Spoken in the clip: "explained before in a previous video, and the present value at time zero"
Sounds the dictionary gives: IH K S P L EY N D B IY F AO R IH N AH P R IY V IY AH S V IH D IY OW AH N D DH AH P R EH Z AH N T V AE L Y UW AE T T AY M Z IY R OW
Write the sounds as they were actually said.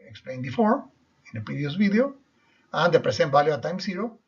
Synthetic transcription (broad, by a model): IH K S P L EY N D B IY F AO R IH N AH P R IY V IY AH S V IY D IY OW AH N D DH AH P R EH S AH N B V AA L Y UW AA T T AY M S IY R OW